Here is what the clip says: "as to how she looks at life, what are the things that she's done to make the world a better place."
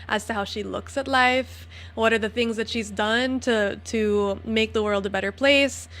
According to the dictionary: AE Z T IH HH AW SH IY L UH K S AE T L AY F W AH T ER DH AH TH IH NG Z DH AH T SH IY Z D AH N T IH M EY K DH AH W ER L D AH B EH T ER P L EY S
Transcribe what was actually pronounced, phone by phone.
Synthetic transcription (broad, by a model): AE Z T IH HH AW SH IY L UH K S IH T L AY F W AH T ER DH AH TH IH NG Z DH AH T SH IY Z D AH N T IH M EY K DH AH W ER L D AH B EH T ER P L EY S